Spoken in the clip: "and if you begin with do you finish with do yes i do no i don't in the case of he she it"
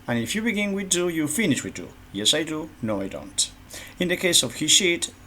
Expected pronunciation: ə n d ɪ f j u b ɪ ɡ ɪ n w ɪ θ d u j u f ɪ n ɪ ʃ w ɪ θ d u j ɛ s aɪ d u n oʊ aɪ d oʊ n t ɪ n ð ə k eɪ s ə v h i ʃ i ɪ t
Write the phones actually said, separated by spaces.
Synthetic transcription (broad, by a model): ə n ɪ f j u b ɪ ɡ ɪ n w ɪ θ d u j u f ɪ n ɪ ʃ w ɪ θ d u j ɛ s aɪ d u n oʊ aɪ d oʊ n t ɪ n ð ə k eɪ s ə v h i ʃ i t